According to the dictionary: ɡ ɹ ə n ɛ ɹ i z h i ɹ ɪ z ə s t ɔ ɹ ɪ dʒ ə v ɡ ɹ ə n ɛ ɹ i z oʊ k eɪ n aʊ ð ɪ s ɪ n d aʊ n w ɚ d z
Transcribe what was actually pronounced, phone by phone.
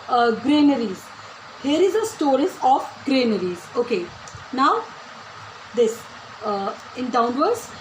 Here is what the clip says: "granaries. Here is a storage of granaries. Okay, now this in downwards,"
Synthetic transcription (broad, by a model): ɡ ɹ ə n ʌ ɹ i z h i ɹ ɪ z ə s t ɔ ɹ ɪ z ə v ɡ ɹ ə n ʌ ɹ i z oʊ k eɪ n aʊ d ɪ s ɪ n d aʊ n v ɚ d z